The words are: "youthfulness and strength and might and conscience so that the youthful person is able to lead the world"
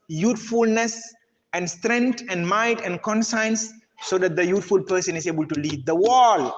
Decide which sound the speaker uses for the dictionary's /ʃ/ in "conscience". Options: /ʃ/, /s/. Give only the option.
/s/